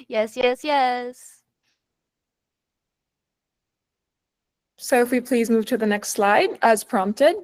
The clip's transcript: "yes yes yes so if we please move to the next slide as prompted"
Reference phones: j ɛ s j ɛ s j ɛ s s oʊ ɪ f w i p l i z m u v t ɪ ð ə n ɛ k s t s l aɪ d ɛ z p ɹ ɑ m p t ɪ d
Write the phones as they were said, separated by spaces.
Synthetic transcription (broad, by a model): j ɛ s j ɛ s j ɛ s s oʊ ɪ f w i p l i z m u v t ɪ ð ə n ɛ k s t s l aɪ d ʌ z p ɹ ɑ m p t ɪ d